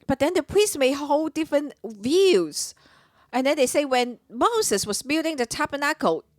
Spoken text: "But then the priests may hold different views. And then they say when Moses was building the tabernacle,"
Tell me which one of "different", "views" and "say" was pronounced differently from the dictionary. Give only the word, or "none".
none